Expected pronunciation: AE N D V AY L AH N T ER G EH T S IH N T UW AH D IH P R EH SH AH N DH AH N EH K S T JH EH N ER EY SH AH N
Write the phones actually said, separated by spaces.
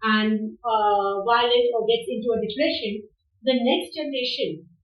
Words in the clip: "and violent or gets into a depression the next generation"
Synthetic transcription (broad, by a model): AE N D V AY L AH T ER G EH T S IH N T UW AH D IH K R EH SH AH N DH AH N EH K S T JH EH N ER EY SH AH N